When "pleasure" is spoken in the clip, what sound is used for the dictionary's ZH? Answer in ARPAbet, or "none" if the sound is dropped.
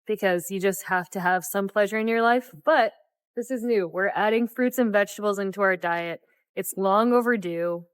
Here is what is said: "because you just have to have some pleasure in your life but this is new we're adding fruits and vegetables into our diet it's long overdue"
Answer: ZH